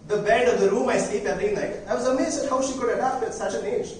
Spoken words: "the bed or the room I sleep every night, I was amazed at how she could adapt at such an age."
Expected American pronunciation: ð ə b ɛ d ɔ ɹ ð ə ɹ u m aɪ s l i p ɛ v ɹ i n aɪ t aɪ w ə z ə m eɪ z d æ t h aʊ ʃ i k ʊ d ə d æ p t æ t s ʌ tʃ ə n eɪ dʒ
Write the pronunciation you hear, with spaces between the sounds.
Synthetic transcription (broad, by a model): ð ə b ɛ d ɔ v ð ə ɹ u m aɪ s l i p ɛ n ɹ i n aɪ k aɪ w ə z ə m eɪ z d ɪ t h aʊ ʃ i k ʊ d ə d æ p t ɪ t s ʌ tʃ ə n eɪ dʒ